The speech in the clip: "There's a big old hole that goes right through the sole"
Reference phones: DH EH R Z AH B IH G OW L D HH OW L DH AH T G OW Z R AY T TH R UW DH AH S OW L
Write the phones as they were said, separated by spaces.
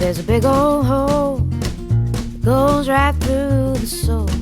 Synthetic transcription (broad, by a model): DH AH R Z AH B IH G OW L HH OW L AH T G OW Z R AY T TH R UW DH AH S OW